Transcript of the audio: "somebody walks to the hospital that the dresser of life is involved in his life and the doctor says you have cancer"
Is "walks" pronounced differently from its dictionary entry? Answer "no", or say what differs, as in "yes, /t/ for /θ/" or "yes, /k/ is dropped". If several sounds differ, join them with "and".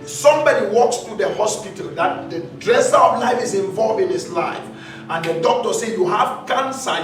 no